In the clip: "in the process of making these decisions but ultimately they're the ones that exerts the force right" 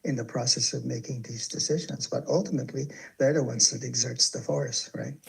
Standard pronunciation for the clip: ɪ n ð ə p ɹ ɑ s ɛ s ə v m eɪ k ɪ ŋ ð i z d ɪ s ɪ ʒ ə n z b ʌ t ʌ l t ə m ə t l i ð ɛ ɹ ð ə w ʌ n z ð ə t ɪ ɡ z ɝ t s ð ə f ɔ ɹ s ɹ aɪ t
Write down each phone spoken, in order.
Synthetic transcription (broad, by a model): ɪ n ð ə p ɹ ɑ s ɛ s ə v m eɪ k ɪ ŋ ð i z d ɪ s ɪ ʒ ə n z b ʌ t ʌ l t ə m ə t l i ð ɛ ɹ ð ə w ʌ n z ð ə t ɪ ɡ z ɝ t s ð ə f ɔ ɹ s ɹ aɪ t